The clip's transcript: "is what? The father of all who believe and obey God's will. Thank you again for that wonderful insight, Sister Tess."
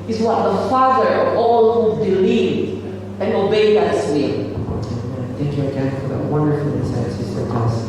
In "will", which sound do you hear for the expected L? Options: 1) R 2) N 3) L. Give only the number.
2